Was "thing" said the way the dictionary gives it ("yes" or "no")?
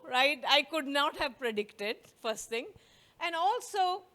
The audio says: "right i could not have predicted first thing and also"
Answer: no